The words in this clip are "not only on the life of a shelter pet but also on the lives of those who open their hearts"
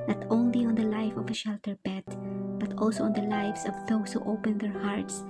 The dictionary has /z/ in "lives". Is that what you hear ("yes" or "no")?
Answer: no